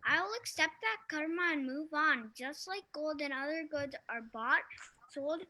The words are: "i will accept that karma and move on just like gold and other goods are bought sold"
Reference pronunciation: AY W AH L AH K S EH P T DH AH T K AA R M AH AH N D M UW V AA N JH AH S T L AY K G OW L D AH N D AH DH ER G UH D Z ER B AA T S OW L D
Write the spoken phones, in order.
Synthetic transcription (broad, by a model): AY W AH L AH K S EH P T DH AH T K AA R M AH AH N M UW V N JH AH S T L AY K G OW L D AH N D AH DH ER G UH D Z ER B AA T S OW L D